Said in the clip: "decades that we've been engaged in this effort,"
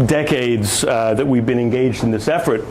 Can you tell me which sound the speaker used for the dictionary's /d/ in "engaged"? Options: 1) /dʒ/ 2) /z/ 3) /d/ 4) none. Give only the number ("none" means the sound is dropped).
3